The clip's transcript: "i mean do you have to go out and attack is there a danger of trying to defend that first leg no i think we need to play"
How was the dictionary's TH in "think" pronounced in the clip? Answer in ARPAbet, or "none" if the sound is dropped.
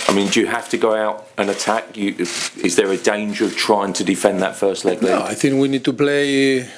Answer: TH